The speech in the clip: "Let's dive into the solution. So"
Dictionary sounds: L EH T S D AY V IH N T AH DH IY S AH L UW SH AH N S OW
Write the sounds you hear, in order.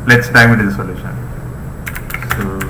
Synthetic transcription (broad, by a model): L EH T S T AY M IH T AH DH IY S AH L UW SH AH N S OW